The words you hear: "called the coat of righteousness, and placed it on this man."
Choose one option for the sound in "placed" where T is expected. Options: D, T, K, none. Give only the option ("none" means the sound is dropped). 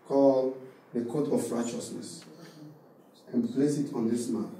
none